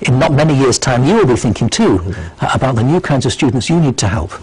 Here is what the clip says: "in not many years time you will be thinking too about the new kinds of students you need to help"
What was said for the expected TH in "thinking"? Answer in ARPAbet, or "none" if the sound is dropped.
TH